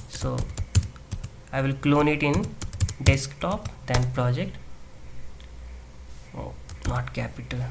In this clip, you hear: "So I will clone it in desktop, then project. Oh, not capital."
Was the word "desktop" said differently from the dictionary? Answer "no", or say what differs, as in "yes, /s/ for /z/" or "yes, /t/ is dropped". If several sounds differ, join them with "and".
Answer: no